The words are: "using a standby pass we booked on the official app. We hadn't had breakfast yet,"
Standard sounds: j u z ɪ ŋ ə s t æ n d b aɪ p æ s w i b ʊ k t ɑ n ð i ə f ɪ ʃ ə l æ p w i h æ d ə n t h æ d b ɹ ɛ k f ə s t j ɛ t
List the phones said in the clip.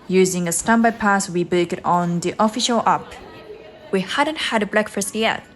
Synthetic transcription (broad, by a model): j u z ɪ ŋ ə s t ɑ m b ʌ p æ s w i b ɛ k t ɑ n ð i ə f ɪ ʃ ə l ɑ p w i h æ d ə n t h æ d b l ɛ k f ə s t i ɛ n